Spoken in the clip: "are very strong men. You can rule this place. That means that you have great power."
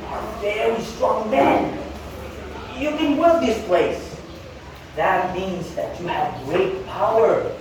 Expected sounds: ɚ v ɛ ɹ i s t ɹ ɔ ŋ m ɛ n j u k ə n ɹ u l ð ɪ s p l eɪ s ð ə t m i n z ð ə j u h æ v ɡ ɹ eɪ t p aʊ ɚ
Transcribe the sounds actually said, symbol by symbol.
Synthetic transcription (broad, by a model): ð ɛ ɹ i s t ɹ ɔ ŋ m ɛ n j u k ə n w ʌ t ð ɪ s p l eɪ s ð ə t m i n z ð ə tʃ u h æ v ɡ ɹ eɪ t p aʊ ɚ